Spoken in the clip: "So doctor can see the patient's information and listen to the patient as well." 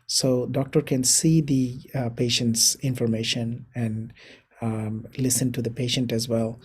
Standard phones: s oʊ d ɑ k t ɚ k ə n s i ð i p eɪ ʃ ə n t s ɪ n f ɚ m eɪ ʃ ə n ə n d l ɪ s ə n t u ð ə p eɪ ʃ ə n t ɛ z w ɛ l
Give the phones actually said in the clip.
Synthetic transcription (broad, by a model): s oʊ d ɑ k t ɚ k ə n s i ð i p eɪ ʃ ə n t s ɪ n f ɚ m eɪ ʃ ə n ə n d l ɪ s ə n t u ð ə p eɪ ʃ ə n t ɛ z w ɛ l